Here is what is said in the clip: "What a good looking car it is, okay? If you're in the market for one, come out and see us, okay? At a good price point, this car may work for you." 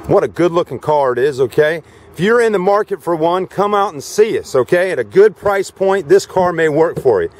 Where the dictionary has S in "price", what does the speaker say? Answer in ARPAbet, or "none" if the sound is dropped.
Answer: S